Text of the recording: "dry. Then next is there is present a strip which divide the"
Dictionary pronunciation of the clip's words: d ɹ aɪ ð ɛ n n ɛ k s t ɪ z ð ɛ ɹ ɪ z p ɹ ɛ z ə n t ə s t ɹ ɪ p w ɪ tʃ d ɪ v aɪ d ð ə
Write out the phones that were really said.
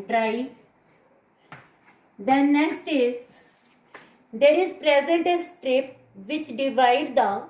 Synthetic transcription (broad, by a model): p ɹ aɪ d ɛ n n ɛ k s t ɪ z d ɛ ɹ ɪ z p ɹ ɛ z ə n t ə s t ɹ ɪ p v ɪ tʃ d ɪ v aɪ d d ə